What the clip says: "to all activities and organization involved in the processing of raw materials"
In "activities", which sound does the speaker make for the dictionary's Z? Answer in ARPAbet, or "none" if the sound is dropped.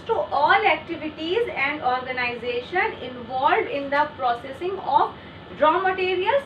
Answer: Z